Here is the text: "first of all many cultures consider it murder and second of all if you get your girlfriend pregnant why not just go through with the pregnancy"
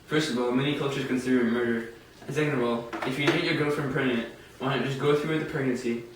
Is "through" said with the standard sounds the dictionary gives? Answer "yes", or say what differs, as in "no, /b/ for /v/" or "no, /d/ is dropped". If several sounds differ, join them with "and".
yes